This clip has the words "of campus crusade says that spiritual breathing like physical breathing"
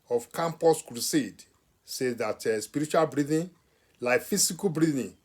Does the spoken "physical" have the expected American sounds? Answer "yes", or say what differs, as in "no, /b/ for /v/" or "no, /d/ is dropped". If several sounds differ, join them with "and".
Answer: no, /s/ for /z/